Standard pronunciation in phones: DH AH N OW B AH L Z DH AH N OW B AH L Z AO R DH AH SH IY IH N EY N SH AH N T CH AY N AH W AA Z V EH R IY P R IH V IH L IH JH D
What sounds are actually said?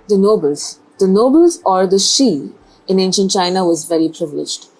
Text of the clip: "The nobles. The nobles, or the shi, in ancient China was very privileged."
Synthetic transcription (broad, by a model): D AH N OW B AH L Z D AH N OW B AH L Z AO R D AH SH IY IH N EY N SH AH N T CH AY N AH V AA Z V EH R IY P R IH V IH L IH JH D